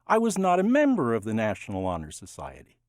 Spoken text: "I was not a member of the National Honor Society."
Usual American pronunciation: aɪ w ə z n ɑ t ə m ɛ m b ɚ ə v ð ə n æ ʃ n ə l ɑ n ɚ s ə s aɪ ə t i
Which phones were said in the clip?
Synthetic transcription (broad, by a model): aɪ w ə z n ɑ t ə m ɛ m b ɚ ə v ð ə n æ ʃ n l ɑ n ɚ s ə s aɪ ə t i